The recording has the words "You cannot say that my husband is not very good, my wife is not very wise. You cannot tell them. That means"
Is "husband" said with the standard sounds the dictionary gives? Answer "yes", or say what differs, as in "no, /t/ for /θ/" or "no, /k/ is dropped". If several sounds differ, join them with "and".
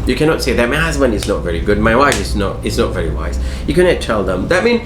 no, /d/ is dropped